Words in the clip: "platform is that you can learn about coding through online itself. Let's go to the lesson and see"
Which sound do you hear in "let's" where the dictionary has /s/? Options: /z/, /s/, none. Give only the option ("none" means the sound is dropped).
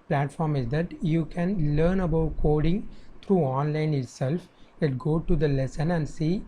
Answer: none